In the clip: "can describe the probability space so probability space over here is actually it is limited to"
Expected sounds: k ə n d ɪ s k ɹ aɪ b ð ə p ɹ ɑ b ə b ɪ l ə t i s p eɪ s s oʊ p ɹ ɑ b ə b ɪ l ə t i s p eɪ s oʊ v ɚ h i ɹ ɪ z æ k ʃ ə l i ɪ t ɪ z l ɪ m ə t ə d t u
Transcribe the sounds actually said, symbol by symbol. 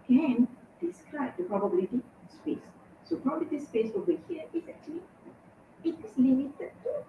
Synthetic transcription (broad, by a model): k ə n d ɪ s k ɹ aɪ b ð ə p ɹ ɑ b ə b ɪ l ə t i s p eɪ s s oʊ p ɹ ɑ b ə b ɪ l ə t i s p eɪ s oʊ i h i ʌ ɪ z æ k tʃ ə l i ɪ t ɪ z l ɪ m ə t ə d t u